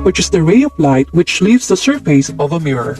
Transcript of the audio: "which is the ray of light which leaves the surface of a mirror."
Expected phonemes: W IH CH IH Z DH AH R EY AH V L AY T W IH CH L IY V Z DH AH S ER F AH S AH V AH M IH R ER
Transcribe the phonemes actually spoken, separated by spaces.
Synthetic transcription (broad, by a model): W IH CH IH Z DH AH R EY AH V L AY T W IH CH L IY V Z DH AH S ER F AH S AH V AH M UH R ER